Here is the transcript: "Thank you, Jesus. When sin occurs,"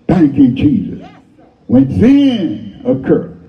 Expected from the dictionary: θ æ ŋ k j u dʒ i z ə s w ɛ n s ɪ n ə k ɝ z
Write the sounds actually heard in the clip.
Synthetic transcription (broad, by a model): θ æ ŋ k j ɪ dʒ i z ə s w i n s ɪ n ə k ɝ